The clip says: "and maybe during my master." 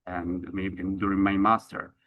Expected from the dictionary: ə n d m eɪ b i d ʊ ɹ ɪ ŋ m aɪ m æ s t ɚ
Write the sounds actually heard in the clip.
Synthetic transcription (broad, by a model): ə n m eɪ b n d ʊ ɹ ɪ ŋ m aɪ m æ s t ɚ